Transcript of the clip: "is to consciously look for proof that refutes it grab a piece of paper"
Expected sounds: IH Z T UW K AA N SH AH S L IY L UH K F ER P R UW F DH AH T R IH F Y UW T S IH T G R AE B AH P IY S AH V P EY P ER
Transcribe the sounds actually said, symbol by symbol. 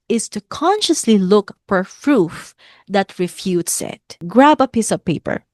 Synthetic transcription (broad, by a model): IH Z T UW K AA N SH AH S L IY L UH K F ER F R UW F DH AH T R IH F Y UW T S IH T G R AE B AH P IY S AH V P EY P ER